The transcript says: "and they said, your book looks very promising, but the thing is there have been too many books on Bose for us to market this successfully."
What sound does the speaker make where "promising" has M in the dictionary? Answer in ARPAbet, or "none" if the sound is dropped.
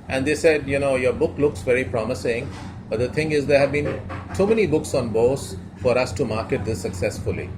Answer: M